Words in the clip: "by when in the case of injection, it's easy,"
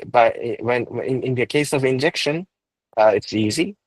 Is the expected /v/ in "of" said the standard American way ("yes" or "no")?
yes